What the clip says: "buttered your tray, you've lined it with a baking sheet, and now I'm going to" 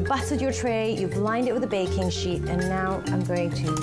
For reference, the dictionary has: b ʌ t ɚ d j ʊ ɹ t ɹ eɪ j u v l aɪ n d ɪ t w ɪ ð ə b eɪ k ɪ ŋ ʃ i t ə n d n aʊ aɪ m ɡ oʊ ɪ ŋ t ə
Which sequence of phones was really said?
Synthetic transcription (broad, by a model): b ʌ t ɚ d j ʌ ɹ t ɹ eɪ j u b l aɪ n d ɪ t w ɪ ð ə b eɪ k ɪ ŋ ʃ i t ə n n aʊ aɪ m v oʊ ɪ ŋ t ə